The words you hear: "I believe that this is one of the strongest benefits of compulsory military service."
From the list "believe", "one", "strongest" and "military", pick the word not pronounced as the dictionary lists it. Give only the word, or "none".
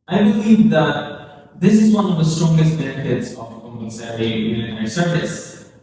military